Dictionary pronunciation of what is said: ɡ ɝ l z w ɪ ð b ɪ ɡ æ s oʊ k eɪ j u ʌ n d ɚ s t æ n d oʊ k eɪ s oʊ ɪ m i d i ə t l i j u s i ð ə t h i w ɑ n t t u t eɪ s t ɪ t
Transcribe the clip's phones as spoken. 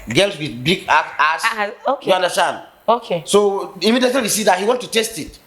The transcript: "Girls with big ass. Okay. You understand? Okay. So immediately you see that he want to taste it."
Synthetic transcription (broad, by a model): ɡ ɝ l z w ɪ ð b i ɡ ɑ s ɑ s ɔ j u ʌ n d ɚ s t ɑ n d oʊ k eɪ s oʊ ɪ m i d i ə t i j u s i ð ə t h i w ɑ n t t u t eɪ s t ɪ t